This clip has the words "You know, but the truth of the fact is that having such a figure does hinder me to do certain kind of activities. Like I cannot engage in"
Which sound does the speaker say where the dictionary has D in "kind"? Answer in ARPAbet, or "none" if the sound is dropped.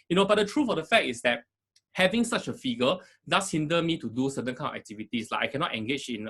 none